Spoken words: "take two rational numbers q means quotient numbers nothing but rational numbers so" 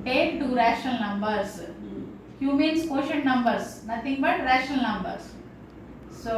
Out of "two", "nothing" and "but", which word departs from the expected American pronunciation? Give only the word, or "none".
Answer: nothing